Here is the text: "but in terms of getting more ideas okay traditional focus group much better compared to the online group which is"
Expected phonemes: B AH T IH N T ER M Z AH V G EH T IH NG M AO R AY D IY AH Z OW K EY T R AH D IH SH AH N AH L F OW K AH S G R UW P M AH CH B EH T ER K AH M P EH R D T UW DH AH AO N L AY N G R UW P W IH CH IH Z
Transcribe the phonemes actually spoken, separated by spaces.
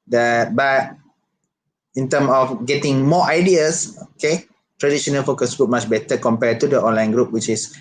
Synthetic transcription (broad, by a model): B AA T IH N T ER M AH F G EH T IH NG M AO AY D IY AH S OW K EY T R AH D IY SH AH N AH L F OW K AH S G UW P M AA CH B EH T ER K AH M P EH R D T UW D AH AO N L AY N G R UW P W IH CH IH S